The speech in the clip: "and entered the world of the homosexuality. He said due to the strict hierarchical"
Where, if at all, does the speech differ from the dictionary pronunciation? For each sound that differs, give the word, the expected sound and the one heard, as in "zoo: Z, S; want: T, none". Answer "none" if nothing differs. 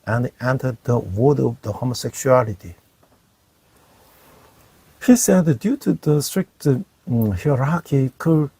world: L, none